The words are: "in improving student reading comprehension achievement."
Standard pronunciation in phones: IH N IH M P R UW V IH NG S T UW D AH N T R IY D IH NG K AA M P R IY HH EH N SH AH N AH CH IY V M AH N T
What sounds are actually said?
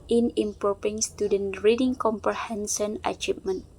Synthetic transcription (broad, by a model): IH N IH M P R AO P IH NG S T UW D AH N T R IY D IH NG K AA M P R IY HH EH N S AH N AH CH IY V M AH N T